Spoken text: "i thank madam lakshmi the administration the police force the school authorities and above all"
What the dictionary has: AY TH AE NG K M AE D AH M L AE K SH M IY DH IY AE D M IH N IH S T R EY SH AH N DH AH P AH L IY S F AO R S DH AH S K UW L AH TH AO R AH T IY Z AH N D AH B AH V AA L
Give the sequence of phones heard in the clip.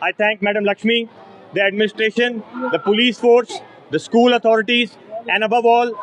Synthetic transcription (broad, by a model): AY T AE NG K M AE D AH M L AE K SH M IY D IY AE D M IH N IH S T R EY SH AH N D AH P AH L IY S F AO R S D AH S K UW L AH T AO R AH T IY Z AH N D AH B AH V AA L